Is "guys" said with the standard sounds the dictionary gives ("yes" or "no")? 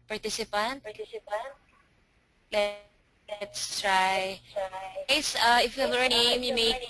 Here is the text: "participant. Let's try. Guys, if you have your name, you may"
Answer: no